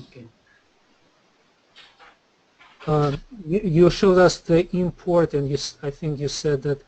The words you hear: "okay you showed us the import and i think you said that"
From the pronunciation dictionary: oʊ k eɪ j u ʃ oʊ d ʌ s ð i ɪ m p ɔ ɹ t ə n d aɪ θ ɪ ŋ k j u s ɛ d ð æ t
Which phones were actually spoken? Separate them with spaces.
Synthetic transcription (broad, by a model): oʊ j j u ʃ oʊ d ʌ s ð i ɪ m p ɔ ɹ t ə n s aɪ θ ɪ ŋ k j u s ɛ d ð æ t